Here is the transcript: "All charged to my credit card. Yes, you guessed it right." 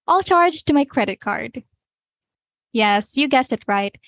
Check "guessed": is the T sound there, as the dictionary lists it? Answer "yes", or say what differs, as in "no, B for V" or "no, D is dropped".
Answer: no, T is dropped